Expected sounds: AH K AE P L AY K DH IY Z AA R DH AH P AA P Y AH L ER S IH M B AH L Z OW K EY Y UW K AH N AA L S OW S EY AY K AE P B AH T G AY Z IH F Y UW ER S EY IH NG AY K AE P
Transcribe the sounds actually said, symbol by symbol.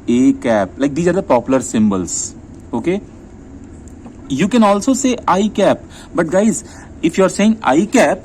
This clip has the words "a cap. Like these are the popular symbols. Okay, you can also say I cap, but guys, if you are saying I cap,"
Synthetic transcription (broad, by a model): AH K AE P L AY K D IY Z AA R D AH P AA P Y AH L ER S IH M B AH L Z OW K EY Y UW K AH N AA L S OW S EY AY K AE P B AH T G AY Z IH F Y UW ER S EY IH NG AY K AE P